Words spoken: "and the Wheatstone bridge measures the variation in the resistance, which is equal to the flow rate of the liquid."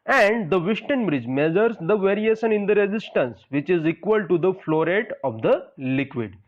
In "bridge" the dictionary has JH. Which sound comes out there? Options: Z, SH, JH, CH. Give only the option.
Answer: JH